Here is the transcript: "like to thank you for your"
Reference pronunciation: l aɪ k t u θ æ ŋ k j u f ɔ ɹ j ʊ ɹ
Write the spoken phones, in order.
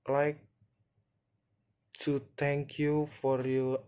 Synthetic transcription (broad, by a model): l aɪ k t u t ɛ ŋ k j u f ɔ ɹ j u